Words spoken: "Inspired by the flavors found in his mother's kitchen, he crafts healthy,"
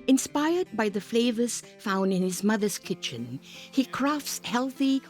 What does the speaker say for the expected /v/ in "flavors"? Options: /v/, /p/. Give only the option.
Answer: /v/